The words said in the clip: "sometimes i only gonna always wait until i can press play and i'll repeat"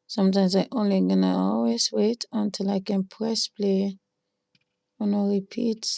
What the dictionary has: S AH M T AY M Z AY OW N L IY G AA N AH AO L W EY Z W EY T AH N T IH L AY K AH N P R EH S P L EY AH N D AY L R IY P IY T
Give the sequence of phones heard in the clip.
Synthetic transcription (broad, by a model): S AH M T AY M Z AY OW N L IY G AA N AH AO L W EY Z W EY T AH N T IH L AY K AH N P R EH S P L EY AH N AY R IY P IY T